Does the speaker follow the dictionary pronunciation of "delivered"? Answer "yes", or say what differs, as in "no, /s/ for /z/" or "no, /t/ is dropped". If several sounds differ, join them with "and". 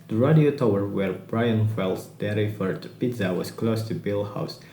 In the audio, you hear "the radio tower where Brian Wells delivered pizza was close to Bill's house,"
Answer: no, /f/ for /v/